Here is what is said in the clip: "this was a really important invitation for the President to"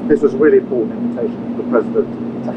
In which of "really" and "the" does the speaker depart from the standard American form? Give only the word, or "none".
really